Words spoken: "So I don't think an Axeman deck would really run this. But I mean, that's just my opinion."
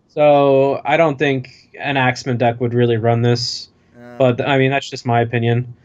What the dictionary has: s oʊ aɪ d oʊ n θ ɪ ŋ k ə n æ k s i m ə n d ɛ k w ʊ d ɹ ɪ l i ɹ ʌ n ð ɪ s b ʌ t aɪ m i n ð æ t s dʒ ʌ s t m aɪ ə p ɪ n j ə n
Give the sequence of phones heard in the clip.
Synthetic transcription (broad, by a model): s oʊ aɪ d oʊ n θ ɪ ŋ k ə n æ k s m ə n d ɛ k w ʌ d ɹ ɪ l i ɹ ʌ n ð ɪ s b ʌ t aɪ m i n ð æ t s dʒ ʌ s t m aɪ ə p ɪ n j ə n